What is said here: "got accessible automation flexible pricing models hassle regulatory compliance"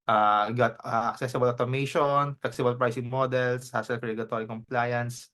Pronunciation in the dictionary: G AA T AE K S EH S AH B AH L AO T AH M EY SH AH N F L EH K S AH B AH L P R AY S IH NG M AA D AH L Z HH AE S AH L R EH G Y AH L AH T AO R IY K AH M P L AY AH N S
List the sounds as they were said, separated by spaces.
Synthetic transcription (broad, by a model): G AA T AE K S EH S AH B AH L AO T AH M EY SH AH N F L EH K S AH B AH L P R AY S IH NG M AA D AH L S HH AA S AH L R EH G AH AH T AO R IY K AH M P L AY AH N S